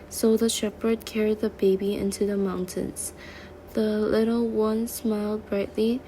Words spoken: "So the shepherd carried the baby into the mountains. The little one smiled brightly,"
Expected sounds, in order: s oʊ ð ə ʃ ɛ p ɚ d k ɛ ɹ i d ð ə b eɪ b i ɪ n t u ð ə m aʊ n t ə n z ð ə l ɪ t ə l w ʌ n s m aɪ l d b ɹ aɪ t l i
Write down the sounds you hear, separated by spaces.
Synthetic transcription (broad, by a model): s oʊ ð ə ʃ ɛ p ɚ d k ɛ ɹ i d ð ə b eɪ b i ɪ n t u ð ə m aʊ n t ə n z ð ə l ɪ t ə l w ʌ n s m aɪ l d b ɹ aɪ t l i